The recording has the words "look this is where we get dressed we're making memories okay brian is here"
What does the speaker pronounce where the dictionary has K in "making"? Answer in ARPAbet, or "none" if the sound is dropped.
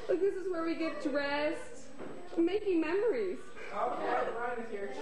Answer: K